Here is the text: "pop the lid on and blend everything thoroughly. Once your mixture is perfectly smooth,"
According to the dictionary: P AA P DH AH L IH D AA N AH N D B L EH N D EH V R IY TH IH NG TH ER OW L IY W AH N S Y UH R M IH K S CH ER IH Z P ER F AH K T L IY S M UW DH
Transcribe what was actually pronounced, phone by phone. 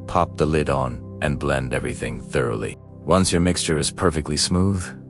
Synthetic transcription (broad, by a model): P AA P DH AH L IH D N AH N B L EH N D EH V R IY TH IH NG TH ER OW L IY W AH N S Y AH R M IH K S CH ER IH Z P ER F AH K T L IY S M UW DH